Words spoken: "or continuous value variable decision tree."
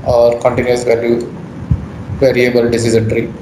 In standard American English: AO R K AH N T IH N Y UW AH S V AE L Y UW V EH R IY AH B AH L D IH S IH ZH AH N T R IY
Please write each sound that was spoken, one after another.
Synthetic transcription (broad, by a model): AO R K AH N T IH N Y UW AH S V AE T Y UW V EH R IY AH B AH L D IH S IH Z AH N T R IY